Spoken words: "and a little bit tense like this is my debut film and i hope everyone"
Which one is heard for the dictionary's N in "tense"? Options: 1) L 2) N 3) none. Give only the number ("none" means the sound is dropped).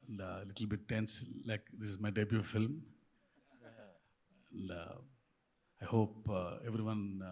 2